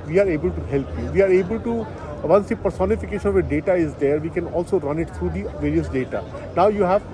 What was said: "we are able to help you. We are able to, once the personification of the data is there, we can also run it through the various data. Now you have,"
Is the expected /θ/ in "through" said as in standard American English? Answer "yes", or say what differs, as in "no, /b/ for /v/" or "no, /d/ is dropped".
no, /t/ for /θ/